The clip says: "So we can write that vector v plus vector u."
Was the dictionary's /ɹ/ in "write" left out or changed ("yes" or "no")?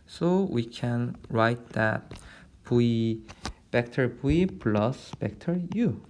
no